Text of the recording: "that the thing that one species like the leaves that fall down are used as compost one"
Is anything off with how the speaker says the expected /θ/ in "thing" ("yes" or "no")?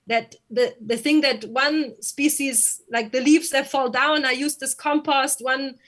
no